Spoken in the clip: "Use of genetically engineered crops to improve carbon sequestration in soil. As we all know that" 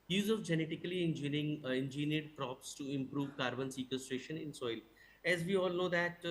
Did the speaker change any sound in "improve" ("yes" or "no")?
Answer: no